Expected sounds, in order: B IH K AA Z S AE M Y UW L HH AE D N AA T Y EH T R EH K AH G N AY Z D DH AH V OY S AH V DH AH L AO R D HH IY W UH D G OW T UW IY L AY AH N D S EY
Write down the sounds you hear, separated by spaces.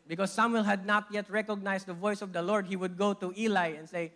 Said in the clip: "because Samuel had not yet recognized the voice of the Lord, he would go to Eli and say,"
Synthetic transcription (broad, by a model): B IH K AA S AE M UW L HH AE D N AA T Y EH T R EH K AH G N AY S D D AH V OY S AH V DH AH L AO R D HH IY W UH D G OW T UW IY L AY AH N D S EY